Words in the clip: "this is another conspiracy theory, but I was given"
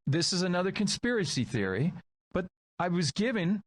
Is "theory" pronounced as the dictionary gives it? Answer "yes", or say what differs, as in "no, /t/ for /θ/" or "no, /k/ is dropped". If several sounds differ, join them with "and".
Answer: yes